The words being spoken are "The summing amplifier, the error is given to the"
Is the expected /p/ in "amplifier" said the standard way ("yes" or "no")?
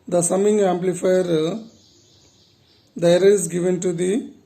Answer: yes